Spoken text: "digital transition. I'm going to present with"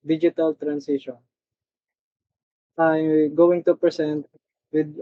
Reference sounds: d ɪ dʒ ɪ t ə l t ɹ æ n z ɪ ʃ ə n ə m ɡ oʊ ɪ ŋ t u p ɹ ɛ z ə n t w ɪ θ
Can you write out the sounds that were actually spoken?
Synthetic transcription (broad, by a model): d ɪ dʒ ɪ t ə l t ɹ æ n s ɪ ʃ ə n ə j ɡ oʊ ɪ ŋ t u p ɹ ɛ s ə n t w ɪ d